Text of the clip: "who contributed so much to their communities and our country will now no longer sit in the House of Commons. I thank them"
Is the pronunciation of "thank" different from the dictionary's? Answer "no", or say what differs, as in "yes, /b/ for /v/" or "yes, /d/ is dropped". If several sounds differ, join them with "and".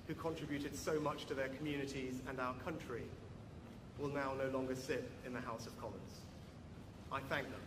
no